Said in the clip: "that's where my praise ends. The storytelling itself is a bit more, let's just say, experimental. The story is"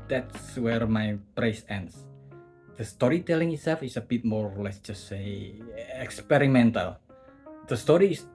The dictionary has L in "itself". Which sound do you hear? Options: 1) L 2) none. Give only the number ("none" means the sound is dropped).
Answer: 1